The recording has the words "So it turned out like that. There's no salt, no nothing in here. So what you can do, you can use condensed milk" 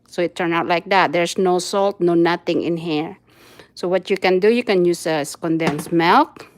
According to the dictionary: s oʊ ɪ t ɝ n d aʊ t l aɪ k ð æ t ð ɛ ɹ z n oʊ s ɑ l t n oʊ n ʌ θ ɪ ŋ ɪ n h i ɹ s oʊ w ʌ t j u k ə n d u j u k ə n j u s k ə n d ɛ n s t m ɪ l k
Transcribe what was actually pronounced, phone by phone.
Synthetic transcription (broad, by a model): s oʊ ɪ t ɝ n aʊ t l aɪ k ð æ t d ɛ ɹ s n oʊ s ɑ l t n oʊ n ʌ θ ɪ ŋ ɪ n h i ɹ s oʊ w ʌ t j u k ə n d u j u k ə n j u s k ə n d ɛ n s m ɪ l k